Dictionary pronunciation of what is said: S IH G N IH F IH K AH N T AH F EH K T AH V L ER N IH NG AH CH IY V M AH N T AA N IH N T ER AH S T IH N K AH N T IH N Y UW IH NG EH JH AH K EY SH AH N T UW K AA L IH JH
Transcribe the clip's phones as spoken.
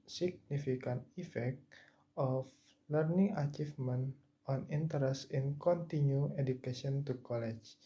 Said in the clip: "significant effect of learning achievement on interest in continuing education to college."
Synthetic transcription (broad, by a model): S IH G N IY F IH K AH N T AH F EH K T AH F L ER N IH NG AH CH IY F M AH N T AA N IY N T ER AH S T IH N K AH N T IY N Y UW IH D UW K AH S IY AH N T UW K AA L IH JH